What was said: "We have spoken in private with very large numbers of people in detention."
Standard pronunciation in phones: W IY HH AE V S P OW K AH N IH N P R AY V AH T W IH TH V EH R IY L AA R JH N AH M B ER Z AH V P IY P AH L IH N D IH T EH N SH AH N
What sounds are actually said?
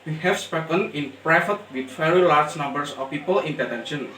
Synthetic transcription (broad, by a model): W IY HH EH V S P OW K AH N IH N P R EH F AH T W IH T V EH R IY L AA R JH N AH M B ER S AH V P IY P AH L IH N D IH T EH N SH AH N